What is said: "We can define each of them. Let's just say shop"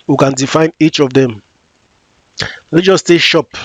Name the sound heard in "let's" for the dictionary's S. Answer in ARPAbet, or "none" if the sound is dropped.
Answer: none